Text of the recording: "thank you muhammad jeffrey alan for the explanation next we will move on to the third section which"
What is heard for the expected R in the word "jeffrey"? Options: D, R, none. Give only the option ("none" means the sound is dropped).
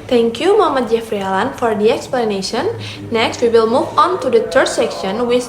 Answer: R